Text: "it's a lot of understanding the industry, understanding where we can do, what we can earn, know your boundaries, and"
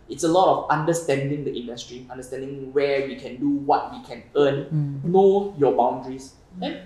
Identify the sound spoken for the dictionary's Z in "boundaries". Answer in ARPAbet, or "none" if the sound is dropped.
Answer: S